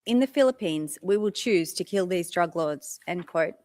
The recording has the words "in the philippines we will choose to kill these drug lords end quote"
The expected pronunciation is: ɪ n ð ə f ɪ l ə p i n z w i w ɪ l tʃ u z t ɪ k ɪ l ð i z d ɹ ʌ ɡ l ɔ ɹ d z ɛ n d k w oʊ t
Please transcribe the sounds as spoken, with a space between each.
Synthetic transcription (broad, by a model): ɪ n ð ə f ɪ l ə p i n z w i w ɪ l tʃ u z t ɪ k ɪ l ð i z d ɹ ʌ ɡ l ɔ d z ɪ n k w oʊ t